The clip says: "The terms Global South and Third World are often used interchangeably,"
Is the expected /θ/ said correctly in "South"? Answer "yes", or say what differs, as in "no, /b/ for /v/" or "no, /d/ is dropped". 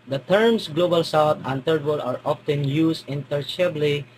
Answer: no, /t/ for /θ/